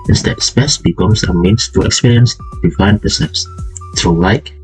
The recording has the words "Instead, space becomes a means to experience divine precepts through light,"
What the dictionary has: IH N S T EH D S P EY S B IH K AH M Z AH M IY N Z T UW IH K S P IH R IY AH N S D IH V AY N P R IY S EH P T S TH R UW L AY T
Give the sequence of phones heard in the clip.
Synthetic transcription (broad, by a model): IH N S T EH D S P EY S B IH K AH M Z AH M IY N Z T UW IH K S P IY R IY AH N S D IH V AY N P AH S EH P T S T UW L AY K